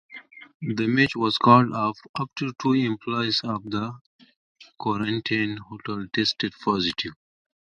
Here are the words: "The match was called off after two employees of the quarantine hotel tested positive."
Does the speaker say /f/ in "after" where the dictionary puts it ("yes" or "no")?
no